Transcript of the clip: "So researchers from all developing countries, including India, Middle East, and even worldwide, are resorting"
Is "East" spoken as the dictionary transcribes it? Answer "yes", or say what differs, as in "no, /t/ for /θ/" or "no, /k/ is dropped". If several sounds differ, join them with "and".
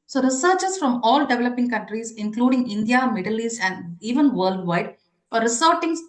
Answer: no, /t/ is dropped